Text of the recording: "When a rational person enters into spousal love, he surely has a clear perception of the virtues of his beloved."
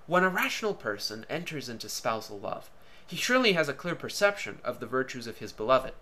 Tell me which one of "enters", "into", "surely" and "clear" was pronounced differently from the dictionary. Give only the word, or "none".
none